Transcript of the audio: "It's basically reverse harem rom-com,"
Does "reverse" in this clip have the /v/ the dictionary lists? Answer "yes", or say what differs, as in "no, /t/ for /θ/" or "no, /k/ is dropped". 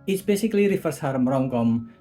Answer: no, /f/ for /v/